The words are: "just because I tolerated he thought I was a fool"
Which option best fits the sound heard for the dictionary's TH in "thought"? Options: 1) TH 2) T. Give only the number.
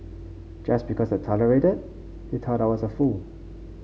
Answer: 2